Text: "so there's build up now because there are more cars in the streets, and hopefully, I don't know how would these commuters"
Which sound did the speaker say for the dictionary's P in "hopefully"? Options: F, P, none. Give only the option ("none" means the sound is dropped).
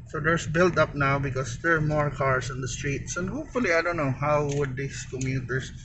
P